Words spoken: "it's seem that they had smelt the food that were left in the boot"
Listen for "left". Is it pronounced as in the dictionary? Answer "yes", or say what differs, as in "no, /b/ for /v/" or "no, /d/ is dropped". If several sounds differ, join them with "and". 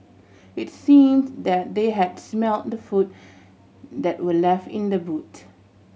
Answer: yes